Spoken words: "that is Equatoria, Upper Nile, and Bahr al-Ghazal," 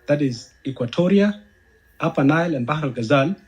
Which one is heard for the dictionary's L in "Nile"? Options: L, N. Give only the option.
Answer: L